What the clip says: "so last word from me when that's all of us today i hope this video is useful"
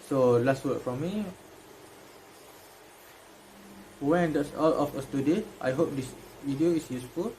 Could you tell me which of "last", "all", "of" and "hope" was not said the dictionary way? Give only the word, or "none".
of